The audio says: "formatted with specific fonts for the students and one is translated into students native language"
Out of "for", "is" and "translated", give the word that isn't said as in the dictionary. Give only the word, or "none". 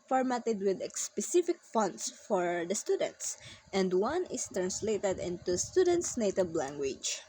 is